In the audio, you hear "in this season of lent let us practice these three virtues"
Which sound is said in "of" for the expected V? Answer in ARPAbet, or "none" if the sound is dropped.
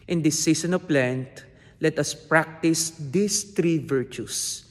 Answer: P